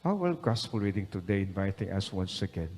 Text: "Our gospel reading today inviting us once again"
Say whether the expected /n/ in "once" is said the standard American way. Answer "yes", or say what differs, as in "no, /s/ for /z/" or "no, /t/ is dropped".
yes